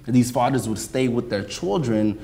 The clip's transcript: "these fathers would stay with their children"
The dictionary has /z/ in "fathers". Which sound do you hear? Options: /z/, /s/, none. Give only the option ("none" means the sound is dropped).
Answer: /z/